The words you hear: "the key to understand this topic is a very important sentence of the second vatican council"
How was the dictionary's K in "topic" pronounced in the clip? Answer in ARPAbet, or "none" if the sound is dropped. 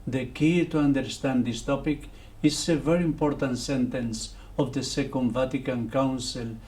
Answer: K